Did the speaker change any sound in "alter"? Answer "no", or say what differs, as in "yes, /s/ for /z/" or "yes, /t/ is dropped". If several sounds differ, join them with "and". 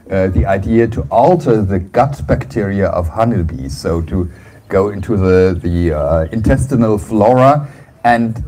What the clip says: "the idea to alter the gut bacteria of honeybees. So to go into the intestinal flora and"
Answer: no